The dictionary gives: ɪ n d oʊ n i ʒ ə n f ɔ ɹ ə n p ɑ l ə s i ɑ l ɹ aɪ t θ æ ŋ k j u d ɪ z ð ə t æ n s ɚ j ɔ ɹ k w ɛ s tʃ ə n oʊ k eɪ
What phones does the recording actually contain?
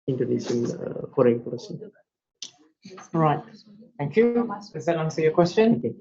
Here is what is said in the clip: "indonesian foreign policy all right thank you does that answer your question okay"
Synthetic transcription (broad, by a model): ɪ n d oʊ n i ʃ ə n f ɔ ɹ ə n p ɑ ə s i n ɹ aɪ t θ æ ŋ k j u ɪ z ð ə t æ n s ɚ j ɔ k w ɛ s tʃ ə n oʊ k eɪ